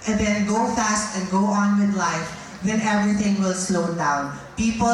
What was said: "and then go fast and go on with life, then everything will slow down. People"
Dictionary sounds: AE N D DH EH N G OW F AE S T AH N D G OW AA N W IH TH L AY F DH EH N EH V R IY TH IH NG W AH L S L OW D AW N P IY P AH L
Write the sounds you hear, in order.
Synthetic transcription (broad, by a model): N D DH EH N G OW F AE S T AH N G OW AA N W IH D L AY F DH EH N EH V R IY T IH NG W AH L S L OW D AW N P IY P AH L